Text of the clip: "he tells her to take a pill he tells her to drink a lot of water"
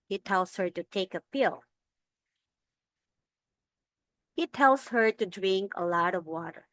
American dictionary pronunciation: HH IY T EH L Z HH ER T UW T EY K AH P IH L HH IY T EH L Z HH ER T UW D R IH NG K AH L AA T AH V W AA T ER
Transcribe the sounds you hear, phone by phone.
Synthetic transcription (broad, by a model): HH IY T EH L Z HH ER T UW T EY K AH P IH L HH IY T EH L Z HH ER T UW D R IH NG K AH L AA T AH V W AA T ER